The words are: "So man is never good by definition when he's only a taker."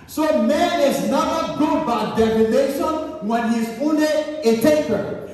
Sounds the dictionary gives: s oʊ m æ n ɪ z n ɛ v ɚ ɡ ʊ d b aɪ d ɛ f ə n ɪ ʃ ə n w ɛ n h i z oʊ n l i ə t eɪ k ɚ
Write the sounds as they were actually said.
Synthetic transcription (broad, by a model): s oʊ m æ n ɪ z n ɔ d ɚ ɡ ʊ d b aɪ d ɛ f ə n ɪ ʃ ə n w ɛ n h i z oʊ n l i ə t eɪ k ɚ